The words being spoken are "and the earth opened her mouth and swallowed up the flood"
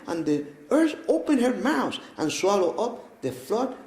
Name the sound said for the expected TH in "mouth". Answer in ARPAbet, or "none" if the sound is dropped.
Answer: S